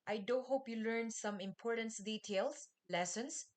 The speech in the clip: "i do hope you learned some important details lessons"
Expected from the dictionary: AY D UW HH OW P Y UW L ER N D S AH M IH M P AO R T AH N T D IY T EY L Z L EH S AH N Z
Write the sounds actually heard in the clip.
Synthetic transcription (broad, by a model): AY D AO HH OW P Y UW L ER N S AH M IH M P AO R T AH N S D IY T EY L S L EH S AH N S